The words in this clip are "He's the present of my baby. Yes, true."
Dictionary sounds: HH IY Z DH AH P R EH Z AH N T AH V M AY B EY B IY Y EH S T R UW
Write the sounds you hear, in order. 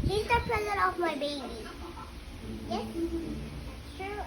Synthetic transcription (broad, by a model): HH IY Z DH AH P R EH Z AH T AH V M AY B EY B IY Y EH S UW